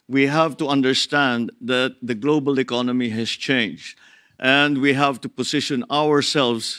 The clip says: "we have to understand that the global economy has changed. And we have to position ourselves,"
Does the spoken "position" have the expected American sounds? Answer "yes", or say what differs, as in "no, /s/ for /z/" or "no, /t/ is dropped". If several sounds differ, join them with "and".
no, /s/ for /z/